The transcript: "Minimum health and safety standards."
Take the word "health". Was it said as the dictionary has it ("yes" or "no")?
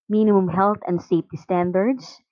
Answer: no